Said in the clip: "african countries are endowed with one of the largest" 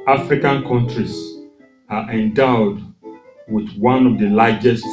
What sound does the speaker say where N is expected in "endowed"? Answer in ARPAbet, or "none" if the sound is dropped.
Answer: N